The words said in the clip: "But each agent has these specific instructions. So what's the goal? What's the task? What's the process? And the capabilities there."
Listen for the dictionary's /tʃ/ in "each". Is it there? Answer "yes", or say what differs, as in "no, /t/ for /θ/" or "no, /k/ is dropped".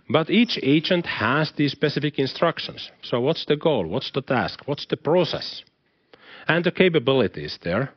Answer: yes